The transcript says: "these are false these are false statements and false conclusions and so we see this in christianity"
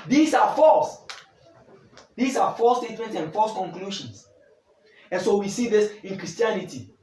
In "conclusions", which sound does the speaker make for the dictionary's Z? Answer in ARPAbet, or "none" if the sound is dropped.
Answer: S